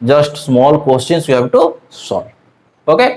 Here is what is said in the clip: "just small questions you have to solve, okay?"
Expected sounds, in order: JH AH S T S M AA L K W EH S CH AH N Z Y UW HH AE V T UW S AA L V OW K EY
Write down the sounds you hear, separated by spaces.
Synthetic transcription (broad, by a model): JH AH S T S M AA L K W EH S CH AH N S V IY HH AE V T UW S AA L OW K EY